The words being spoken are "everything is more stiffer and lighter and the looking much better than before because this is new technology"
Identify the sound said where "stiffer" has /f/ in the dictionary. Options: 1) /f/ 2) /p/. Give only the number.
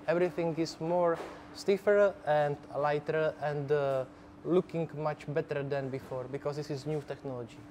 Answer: 1